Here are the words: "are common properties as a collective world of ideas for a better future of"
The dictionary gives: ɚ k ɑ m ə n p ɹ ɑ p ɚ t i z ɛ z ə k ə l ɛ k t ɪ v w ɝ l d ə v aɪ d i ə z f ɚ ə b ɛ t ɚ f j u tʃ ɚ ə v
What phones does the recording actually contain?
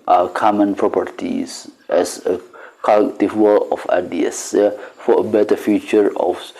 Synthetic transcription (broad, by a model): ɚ k ɑ m ə n p ɹ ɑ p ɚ t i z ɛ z ə k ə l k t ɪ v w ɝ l ə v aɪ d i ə s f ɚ ə b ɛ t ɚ f j u tʃ ɚ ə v